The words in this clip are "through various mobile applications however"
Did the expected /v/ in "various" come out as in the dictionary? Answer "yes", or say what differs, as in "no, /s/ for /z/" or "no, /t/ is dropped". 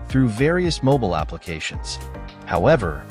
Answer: yes